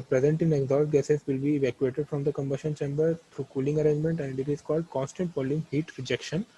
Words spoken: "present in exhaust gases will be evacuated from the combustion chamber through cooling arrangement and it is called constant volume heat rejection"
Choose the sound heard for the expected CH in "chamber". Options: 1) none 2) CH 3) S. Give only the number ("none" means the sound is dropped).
2